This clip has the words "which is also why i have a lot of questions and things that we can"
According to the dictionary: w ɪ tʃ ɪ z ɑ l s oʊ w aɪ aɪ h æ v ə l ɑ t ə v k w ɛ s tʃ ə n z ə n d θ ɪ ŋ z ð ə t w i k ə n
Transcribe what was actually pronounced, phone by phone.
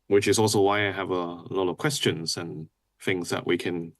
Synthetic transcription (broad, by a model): w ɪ tʃ ɪ z ɑ l s oʊ w aɪ aɪ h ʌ v ə l ɑ t ə v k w ɛ s tʃ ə n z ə n θ ɪ ŋ z ð ə t w i k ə n